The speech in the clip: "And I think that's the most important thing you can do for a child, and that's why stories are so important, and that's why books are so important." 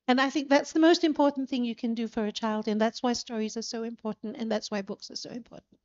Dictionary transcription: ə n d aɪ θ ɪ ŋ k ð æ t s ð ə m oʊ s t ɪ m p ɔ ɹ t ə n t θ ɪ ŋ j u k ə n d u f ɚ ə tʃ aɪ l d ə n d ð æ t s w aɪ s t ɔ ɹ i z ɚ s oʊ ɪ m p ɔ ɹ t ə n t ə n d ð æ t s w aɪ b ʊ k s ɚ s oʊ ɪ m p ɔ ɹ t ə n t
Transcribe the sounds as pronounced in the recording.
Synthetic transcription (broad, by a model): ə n aɪ θ ɪ ŋ k ð æ t s ð ə m oʊ s t ɪ m p ɔ ɹ t n θ ɪ ŋ j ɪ k ə n d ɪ f ɚ ə tʃ aɪ l d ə n ð æ t s w aɪ s t ɔ ɹ i z ɚ s oʊ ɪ m p ɔ ɹ t n t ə n ð æ t s w aɪ b ʊ k s ɚ s oʊ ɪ m p ɔ ɹ t n t